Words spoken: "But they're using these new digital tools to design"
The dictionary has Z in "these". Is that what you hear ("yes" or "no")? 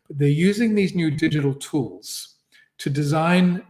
yes